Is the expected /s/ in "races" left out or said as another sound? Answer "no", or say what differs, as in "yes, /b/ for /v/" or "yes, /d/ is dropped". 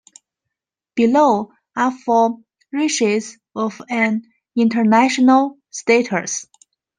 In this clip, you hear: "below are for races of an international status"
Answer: yes, /ʃ/ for /s/